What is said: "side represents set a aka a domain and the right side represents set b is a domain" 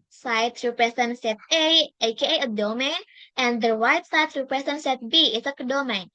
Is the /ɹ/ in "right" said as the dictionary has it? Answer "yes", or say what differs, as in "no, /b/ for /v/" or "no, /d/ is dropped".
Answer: no, /w/ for /ɹ/